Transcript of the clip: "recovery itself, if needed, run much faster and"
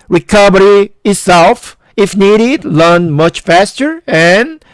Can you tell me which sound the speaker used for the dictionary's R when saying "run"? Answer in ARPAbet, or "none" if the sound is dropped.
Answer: L